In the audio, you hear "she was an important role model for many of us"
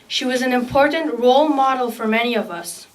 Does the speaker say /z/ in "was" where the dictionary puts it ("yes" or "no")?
yes